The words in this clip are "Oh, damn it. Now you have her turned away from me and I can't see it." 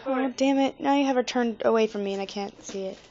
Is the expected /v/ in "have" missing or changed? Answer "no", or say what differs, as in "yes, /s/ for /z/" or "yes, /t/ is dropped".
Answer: no